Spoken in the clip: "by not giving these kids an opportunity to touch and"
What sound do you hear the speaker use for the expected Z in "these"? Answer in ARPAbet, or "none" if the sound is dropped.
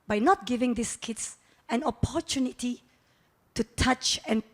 S